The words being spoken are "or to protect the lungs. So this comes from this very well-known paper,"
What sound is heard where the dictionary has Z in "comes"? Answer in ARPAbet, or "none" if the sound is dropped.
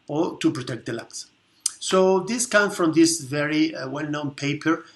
none